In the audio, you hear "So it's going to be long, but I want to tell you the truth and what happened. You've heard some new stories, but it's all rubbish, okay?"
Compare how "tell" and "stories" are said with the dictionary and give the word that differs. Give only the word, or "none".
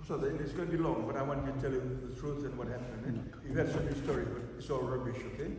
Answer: stories